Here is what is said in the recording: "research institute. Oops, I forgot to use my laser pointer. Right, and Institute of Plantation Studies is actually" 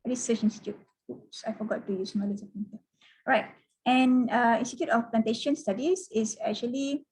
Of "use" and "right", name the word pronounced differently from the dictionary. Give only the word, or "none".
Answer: none